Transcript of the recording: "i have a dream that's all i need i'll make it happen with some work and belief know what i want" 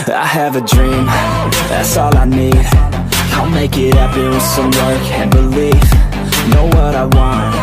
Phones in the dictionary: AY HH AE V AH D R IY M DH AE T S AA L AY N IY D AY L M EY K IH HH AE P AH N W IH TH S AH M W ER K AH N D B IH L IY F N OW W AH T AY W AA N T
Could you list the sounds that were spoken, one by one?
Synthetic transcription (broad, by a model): AY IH V AH D R IY M DH AE T S AA L AY N IY D AY L M EY K IH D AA AH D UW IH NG S AH M W ER K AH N B IH L IY F N OW W AH T AY W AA N T